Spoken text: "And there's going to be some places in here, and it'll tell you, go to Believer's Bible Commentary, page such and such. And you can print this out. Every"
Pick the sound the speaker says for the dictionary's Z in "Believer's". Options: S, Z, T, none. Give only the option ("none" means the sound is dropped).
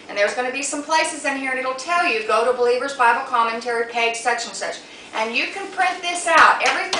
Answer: Z